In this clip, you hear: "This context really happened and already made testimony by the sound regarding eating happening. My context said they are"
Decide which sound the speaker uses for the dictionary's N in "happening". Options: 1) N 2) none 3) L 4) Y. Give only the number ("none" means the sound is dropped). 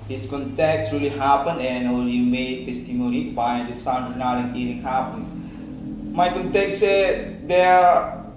2